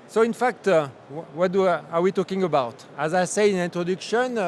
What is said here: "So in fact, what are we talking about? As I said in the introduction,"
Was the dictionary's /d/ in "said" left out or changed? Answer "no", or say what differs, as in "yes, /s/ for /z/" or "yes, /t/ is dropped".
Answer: yes, /d/ is dropped